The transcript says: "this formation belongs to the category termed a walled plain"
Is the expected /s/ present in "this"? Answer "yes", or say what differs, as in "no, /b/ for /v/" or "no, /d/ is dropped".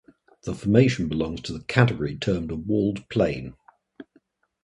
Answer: no, /s/ is dropped